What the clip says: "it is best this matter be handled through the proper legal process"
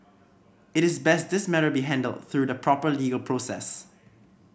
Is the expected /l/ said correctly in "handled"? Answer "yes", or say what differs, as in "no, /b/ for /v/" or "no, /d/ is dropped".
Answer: yes